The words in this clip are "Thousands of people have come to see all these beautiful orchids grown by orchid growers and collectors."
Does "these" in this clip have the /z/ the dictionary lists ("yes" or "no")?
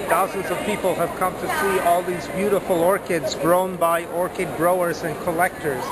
yes